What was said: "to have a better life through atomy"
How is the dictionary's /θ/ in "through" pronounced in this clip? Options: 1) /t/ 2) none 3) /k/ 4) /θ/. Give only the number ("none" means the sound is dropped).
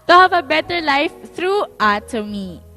1